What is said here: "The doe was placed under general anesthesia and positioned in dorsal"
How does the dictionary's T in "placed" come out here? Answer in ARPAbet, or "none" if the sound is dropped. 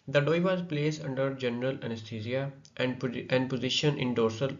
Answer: none